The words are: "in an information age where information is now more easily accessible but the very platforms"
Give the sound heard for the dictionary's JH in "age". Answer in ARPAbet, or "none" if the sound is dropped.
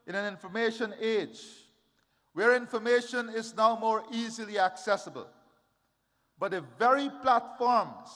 JH